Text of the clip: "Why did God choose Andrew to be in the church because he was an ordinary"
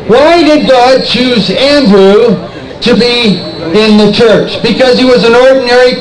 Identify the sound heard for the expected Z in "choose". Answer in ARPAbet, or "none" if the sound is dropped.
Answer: Z